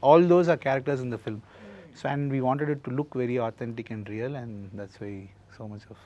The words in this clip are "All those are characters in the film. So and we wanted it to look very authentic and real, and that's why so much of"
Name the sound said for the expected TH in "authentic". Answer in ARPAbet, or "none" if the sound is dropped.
T